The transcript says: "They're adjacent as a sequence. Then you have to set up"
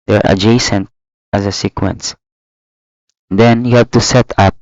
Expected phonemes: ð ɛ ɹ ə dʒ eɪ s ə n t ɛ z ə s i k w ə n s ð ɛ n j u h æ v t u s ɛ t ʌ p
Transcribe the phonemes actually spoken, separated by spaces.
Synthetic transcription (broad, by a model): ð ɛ ɹ ə dʒ eɪ s ə n t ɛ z ə s i k w ə n s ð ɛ n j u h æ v t u s ɛ t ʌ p